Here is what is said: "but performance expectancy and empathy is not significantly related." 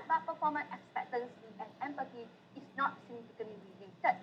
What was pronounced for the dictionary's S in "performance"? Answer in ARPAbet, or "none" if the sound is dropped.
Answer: none